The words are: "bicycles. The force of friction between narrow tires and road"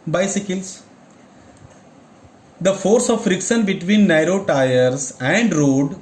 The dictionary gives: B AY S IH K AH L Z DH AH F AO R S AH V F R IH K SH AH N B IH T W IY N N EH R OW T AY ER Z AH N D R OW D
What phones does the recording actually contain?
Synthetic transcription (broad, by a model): B AY S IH K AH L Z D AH F AO R S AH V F R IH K S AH N B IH T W IY N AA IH R OW T AY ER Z AH N D R OW D